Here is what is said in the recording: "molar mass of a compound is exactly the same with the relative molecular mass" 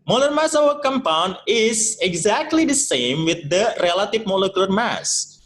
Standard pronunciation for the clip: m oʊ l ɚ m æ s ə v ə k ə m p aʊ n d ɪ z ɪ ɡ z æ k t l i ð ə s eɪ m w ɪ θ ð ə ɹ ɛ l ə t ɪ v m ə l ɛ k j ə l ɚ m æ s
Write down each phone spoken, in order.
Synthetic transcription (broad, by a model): m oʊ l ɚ m æ s ə v ə k ə m p aʊ n d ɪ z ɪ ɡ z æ k t l i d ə s eɪ m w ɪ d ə ɹ ɛ l ə t ɪ v m ə l ɛ k j ə l ɚ m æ s